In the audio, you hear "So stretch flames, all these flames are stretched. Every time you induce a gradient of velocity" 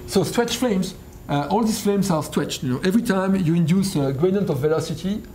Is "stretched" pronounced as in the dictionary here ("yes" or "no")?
no